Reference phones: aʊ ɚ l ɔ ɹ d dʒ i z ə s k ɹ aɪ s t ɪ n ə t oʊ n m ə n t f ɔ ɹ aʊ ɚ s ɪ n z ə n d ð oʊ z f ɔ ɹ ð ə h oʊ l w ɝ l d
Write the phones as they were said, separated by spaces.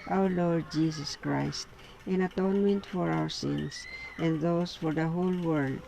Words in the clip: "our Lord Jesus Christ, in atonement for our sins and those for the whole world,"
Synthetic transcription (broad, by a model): aʊ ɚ l ɔ ɹ d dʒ i s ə s k ɹ aɪ s t ɪ n ə t oʊ n m ə n t f ɔ ɹ aʊ ɚ s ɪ n s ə n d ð oʊ s f ɔ ɹ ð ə h oʊ l w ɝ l d